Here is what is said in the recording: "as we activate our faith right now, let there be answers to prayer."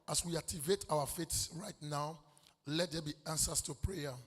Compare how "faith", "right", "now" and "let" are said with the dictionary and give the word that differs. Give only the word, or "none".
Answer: faith